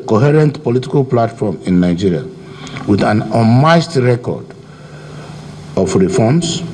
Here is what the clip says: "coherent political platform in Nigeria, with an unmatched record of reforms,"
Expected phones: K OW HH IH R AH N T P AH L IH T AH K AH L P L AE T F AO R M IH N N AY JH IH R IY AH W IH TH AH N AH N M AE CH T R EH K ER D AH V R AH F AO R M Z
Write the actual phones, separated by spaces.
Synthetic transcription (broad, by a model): K OW HH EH R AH N T P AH L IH T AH K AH L P L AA T F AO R M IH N N AY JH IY R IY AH W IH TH AH N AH M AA S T R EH K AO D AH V R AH F AO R M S